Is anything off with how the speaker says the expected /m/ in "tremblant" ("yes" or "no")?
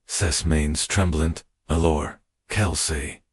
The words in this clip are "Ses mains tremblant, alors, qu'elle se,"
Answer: no